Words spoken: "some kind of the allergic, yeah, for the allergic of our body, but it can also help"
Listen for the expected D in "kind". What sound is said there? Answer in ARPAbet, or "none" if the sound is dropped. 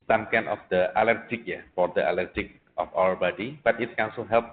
none